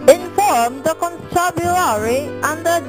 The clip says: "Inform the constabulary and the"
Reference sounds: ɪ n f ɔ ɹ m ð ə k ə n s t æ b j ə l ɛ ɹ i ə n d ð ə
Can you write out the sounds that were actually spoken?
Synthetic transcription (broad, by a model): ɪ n f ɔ ɹ m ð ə k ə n t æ b j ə ɑ ɹ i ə n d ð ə